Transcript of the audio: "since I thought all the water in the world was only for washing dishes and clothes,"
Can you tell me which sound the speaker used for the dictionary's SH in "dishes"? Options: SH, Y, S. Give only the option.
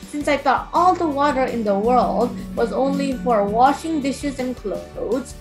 SH